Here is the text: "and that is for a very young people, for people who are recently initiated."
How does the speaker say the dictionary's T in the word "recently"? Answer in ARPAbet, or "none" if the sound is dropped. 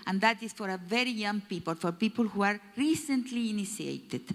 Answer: T